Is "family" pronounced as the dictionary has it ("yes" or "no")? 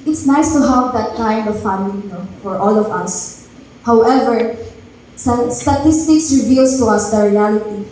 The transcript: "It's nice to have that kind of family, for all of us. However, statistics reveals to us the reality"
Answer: no